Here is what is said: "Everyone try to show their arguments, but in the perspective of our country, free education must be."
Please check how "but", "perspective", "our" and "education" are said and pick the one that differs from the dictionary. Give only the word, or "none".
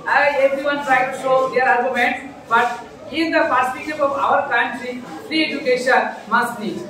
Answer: perspective